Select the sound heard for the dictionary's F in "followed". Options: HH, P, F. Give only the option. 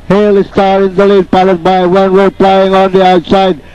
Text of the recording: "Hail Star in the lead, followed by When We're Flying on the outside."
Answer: P